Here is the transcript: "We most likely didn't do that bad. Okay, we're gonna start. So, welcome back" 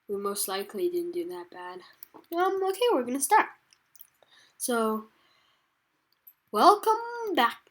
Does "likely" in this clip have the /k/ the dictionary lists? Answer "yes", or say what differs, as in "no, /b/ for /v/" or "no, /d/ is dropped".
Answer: yes